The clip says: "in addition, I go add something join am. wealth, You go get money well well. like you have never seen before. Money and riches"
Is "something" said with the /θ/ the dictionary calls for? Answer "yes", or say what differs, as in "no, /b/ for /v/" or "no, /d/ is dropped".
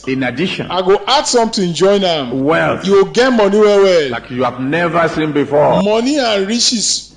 no, /t/ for /θ/